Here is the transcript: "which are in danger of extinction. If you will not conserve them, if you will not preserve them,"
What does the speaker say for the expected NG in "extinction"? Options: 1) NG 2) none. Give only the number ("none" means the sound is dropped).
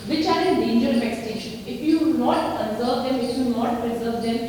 2